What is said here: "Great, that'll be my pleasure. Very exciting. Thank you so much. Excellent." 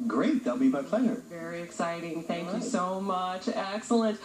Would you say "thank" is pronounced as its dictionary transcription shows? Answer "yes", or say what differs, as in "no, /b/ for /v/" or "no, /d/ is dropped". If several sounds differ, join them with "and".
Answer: yes